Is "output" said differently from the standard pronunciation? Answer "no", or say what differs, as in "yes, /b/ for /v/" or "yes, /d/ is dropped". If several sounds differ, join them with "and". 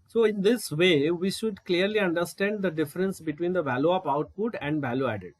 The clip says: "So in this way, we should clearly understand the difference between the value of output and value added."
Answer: no